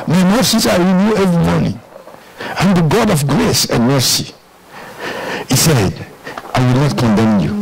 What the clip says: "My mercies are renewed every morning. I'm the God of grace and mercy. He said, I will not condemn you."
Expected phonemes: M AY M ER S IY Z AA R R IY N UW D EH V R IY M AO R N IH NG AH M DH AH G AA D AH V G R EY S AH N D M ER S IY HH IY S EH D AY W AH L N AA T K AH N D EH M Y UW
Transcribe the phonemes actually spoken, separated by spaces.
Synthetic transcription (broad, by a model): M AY M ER S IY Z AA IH R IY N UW EH V R IY M AO R N IH NG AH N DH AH G AA D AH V G R EY S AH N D M ER S IY HH IY S EH D AY W AH L N AA T K AH N D EH M Y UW